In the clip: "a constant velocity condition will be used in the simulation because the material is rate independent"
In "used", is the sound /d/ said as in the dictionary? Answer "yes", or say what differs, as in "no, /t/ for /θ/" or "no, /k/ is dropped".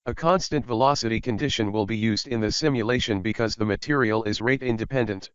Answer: yes